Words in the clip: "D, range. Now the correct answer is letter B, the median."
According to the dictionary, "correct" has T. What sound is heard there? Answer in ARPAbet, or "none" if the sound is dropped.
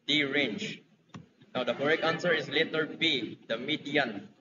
none